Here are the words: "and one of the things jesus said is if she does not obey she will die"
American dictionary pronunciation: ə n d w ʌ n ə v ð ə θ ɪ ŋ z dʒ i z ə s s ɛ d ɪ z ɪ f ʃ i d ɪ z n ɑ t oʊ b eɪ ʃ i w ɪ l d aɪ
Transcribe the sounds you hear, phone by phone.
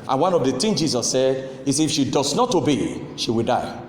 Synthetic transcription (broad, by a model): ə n w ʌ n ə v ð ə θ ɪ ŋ dʒ i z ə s s ɛ d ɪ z ɪ f ʃ i d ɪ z n ɑ t oʊ b eɪ ʃ i w ɪ l d aɪ